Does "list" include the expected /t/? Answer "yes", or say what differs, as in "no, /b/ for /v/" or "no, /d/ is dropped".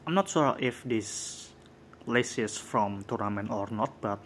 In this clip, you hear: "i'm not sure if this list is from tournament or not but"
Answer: no, /t/ is dropped